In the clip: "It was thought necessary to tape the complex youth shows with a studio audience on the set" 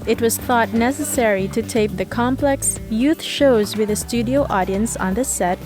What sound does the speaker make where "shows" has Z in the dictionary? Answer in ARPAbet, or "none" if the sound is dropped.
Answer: Z